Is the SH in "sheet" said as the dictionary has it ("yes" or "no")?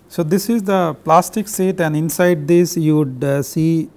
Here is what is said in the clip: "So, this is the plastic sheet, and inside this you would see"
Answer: no